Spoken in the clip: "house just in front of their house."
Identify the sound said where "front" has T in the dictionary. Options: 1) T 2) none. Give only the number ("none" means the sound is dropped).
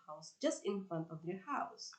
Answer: 1